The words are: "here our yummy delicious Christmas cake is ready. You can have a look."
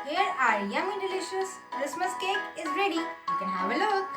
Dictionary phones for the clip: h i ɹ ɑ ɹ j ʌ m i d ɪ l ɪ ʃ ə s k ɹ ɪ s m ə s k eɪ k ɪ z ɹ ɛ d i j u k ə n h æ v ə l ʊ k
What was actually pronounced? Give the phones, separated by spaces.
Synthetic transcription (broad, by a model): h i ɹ ɑ ɹ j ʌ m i d ɪ l ɪ ʃ ə s k ɹ ɪ s m ə s k eɪ k ɪ z ɹ ɛ d i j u k ə n h æ v ə l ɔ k